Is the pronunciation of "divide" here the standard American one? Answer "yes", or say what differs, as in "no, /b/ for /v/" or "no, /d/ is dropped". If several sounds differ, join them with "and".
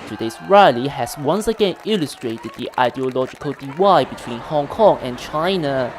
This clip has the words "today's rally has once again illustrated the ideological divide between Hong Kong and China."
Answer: no, /w/ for /v/